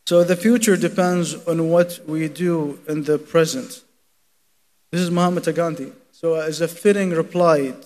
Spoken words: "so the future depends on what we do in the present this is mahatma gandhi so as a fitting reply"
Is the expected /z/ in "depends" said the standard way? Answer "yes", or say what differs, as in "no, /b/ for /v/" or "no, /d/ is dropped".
yes